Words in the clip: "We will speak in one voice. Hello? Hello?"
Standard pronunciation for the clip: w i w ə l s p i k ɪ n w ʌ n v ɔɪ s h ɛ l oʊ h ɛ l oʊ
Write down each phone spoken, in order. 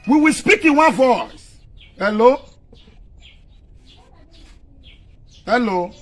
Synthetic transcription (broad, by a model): w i w ə l s p i k ɪ n w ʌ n v ɔɪ s h ɛ l oʊ h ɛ l oʊ